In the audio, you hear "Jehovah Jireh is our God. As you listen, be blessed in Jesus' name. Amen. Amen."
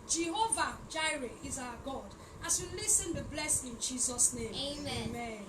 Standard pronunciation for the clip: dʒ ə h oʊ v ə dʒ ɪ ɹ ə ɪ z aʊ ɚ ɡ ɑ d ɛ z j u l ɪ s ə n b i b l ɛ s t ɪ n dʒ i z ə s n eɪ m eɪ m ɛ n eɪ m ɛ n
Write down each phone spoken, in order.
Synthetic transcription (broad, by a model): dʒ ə h oʊ v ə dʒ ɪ ɹ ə ɪ z aʊ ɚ ɡ ɑ d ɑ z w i l ɪ s ə n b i b l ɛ s ɪ n dʒ i z ə s n eɪ eɪ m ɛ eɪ m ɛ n